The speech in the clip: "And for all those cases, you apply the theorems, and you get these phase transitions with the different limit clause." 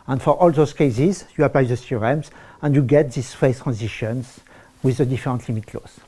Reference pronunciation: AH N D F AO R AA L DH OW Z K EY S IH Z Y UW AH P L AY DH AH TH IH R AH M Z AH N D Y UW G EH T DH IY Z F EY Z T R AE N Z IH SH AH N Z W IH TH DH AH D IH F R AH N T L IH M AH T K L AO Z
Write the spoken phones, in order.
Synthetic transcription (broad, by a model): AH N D F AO R AA L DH OW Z K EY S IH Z Y UW AH P L AY DH AH S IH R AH M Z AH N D Y UW G EH T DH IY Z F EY T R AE N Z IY SH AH N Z W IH DH AH D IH F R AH N T L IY M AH T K L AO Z